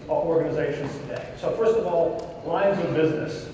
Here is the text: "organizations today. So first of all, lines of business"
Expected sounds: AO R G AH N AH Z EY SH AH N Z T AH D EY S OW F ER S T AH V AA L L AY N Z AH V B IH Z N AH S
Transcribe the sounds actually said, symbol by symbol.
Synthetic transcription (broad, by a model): AO R G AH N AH Z EY SH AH N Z T AH D EY S OW F ER S T AH V AA L L AY N Z AH V B IH Z N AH S